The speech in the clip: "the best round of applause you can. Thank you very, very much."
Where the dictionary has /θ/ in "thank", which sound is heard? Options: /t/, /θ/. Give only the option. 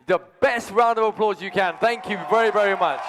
/θ/